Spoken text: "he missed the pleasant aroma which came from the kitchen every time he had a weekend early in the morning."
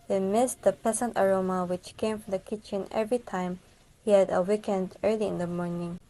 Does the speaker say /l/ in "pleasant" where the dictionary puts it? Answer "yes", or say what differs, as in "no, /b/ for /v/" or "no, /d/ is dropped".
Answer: no, /l/ is dropped